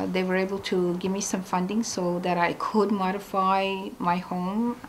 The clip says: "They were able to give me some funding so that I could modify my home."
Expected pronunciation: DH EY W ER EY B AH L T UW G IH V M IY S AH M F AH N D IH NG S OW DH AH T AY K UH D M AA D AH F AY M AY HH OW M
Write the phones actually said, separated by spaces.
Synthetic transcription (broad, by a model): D EY W ER EY B AH L T UW G IH V M IY S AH M F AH N D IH NG S OW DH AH T AY K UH D M AA D AH F AY M AY HH OW M